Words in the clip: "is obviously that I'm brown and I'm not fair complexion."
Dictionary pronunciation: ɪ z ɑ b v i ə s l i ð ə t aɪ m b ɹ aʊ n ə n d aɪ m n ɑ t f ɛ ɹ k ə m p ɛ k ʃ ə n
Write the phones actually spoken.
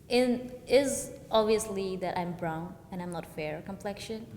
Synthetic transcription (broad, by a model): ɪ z ɑ b v i ə s l i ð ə t aɪ m b ɹ aʊ n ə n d aɪ m n ɑ t f ɛ ɹ k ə m p ɛ k ʃ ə n